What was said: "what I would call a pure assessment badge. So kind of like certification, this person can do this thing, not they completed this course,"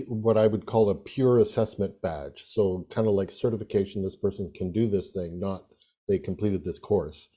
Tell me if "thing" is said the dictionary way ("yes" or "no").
yes